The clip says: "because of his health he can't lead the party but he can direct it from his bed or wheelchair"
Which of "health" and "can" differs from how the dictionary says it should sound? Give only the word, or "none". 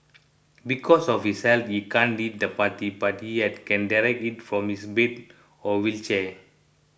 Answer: health